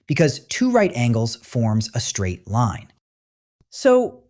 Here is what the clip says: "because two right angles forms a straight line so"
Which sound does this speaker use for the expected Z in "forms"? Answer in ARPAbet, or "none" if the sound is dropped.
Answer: Z